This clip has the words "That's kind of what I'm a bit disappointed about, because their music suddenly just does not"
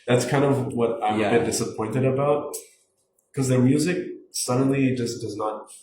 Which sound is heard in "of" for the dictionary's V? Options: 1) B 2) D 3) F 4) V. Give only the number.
4